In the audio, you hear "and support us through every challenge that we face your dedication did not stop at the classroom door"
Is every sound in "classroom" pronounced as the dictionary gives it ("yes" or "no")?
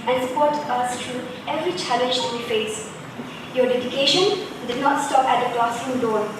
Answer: no